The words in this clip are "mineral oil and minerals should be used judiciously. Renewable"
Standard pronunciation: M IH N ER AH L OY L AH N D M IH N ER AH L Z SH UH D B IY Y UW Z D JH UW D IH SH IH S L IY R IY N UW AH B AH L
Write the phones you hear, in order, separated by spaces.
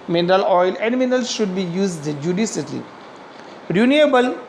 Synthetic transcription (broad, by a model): M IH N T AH L OY L AH N D M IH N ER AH L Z SH UH D B IY Y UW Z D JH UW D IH S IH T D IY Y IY N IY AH B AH L